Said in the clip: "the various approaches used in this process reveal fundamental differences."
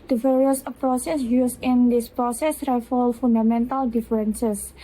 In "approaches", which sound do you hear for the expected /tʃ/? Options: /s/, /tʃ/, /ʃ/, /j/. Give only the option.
/s/